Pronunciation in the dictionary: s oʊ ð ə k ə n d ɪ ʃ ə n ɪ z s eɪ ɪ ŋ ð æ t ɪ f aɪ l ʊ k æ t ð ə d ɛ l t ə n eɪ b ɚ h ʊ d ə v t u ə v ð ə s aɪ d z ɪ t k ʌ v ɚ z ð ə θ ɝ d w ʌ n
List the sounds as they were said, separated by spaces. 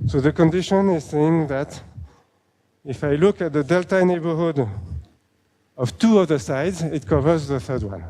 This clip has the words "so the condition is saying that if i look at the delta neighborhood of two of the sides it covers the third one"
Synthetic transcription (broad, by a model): s oʊ ð ə k ə n d ɪ ʃ ə n ɪ z s eɪ ɪ ŋ ð æ t ɪ f aɪ l ʊ k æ t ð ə d ɛ l t ə n eɪ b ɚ h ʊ d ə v t u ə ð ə s aɪ d z ɪ t k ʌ v ɚ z ð ə θ ɝ d w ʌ n